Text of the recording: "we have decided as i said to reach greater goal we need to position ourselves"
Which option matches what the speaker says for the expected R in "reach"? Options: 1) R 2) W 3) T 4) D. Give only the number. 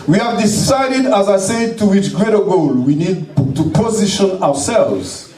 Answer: 2